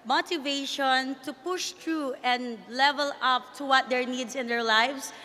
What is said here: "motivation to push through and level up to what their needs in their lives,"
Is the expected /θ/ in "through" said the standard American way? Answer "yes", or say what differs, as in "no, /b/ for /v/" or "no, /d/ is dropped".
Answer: no, /t/ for /θ/